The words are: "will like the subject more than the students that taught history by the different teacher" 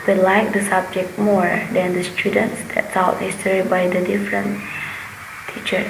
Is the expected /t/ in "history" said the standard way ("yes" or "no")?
no